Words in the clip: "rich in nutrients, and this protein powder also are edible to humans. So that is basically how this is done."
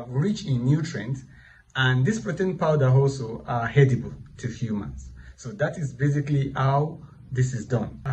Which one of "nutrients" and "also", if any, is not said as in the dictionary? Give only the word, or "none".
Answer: nutrients